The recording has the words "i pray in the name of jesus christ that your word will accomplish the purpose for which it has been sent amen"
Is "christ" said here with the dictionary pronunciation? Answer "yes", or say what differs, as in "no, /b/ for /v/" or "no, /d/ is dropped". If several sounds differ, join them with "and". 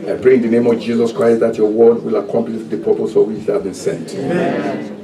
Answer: yes